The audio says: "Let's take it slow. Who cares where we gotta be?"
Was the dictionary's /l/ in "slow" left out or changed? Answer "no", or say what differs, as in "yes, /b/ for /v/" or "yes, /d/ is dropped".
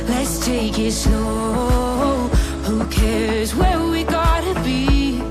yes, /n/ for /l/